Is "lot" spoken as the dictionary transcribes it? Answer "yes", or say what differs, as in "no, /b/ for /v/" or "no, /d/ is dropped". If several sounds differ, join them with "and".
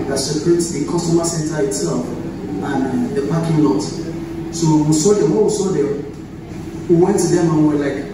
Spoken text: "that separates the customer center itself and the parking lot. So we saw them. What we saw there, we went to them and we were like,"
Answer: no, /n/ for /l/